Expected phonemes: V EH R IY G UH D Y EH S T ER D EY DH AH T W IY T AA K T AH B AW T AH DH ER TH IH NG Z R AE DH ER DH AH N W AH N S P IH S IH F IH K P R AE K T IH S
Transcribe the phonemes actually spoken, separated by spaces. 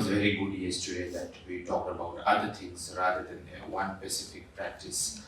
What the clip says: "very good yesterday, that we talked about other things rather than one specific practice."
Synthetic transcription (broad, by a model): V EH R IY G UH D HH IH S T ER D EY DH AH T W IY T AA K T AH B AW T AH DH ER T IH NG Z R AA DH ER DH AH N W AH N S P IH S IH F IH K P R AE K T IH S